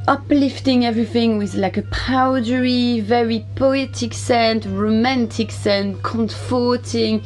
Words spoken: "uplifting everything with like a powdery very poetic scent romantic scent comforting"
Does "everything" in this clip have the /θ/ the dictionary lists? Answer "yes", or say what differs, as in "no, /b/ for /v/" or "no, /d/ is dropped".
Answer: yes